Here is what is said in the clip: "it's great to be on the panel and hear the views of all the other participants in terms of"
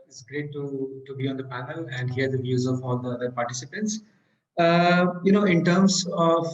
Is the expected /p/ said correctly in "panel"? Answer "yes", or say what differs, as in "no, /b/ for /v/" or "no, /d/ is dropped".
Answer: yes